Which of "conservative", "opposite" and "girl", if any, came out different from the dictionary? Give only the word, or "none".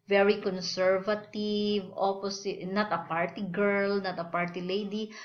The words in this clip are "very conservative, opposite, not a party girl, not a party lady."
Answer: opposite